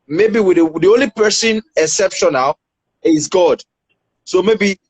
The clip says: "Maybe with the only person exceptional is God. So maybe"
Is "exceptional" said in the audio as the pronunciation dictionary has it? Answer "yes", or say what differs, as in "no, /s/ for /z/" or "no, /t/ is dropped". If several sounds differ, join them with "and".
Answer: no, /k/ is dropped